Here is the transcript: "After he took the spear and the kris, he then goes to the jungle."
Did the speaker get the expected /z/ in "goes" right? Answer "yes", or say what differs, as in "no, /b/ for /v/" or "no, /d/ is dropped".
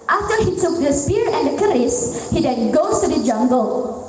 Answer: no, /z/ is dropped